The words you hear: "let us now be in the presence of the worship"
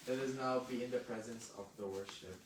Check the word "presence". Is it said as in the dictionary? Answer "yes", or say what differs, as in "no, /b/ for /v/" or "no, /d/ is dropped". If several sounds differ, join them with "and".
yes